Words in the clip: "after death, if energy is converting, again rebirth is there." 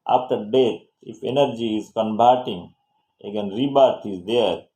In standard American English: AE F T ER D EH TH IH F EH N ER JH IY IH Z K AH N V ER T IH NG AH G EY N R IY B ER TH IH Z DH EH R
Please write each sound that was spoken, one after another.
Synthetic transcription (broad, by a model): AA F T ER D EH T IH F EH N ER JH IY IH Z K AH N B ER T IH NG AH G EY N R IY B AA T IH Z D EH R